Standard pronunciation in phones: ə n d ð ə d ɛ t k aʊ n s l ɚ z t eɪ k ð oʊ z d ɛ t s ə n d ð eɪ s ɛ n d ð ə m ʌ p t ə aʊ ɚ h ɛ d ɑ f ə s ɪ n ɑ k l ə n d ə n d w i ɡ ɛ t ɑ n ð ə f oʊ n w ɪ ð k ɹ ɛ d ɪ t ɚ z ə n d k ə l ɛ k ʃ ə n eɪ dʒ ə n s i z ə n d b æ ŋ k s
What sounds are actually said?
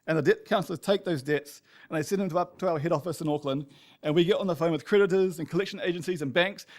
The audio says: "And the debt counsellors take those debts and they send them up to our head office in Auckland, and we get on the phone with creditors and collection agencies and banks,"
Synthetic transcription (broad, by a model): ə n ð ə d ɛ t k aʊ n s l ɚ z t eɪ k ð oʊ z d ɛ t s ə n ð eɪ s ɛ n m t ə ʌ p t ə aʊ ɚ h ɛ d ɑ f ə s ɪ n ɑ k l ə n d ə n w i ɡ ɛ t n ð ə f oʊ n w ɪ ð k ɹ ɛ d ɪ t ɚ z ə n k ə l ɛ k ʃ ə n eɪ dʒ ə n s i z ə n b æ ŋ k s